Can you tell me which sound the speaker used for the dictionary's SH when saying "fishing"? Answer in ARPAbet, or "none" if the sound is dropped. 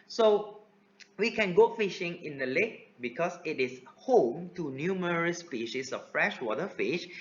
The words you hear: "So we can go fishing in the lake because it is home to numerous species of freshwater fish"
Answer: SH